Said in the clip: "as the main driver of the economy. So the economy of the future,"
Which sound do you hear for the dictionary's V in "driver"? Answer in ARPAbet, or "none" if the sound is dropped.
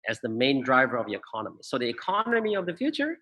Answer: V